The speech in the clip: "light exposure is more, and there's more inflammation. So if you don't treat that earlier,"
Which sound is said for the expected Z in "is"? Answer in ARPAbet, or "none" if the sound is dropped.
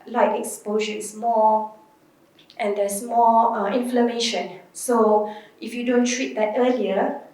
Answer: S